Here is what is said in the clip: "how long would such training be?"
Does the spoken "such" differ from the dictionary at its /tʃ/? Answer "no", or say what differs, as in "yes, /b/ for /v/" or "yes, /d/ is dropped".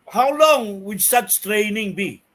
yes, /s/ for /tʃ/